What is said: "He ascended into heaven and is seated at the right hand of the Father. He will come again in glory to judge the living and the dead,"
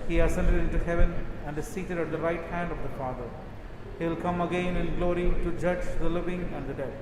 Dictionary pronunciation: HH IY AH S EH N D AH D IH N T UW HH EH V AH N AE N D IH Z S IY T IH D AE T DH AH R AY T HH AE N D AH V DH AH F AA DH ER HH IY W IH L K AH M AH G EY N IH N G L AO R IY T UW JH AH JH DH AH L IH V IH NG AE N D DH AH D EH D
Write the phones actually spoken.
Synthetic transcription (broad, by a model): HH IY AH S EH N D AH D IH N T UW HH EH V AH N AE N D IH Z S IY T IH D AE T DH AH R AY T HH AE N D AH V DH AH F AA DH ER HH IY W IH L K AH M AH G EY N IH N G L AO R IY T UW JH AH JH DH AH L IH V IH NG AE N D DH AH D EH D